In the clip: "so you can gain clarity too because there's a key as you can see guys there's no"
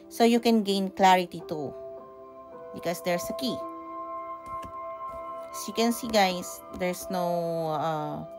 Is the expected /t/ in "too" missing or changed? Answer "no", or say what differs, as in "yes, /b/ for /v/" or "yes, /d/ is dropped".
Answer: no